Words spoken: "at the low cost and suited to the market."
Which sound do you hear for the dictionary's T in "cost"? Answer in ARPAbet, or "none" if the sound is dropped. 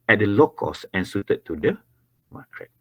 none